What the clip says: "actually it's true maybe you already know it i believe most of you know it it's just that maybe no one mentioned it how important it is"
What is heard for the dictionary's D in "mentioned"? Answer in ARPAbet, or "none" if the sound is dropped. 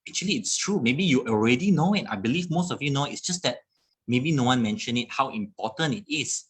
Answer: none